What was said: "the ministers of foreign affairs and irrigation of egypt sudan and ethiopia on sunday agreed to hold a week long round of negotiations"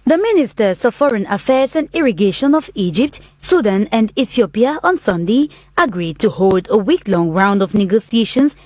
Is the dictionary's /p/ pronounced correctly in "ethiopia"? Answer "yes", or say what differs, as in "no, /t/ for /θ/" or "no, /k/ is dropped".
yes